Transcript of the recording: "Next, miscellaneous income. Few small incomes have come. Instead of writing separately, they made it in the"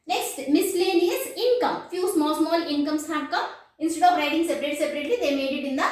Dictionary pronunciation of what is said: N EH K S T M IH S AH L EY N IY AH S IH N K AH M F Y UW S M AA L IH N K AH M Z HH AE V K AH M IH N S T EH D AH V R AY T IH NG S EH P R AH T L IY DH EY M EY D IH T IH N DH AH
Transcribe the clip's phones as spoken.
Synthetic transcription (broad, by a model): N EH K S T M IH S L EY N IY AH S IH N K AH M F Y UW S M AA L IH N K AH M S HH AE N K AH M IH N S T EH D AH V R AY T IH NG S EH P R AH T L IY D EY M EY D IH T IH N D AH